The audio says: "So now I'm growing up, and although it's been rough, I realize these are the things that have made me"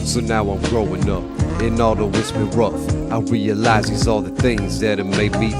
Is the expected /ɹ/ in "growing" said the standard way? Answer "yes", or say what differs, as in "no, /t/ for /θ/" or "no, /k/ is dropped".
yes